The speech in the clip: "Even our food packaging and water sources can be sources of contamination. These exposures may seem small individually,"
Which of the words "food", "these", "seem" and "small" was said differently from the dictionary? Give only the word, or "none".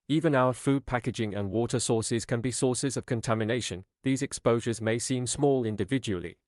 none